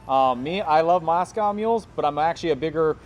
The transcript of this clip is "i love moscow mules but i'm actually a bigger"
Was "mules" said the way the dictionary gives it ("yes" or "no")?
yes